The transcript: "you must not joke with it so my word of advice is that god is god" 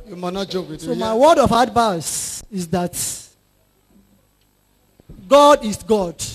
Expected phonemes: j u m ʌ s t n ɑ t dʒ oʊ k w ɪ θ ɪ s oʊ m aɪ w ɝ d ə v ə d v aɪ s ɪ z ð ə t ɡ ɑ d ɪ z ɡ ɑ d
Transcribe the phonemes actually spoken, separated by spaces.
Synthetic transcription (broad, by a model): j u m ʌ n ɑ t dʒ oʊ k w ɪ s oʊ m aɪ w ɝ d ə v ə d b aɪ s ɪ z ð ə t ɡ ɑ d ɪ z ɡ ɑ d